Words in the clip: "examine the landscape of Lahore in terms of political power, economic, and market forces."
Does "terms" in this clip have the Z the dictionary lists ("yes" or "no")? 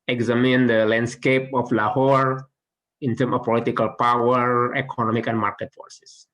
no